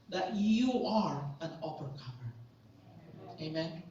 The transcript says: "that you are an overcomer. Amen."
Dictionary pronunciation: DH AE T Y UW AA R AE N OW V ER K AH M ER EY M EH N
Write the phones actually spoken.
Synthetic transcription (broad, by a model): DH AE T Y UW AA R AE N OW P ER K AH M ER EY M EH N